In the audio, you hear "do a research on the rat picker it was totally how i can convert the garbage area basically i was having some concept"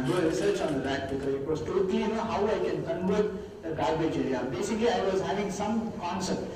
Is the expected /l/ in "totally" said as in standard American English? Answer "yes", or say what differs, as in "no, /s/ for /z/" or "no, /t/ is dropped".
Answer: no, /n/ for /l/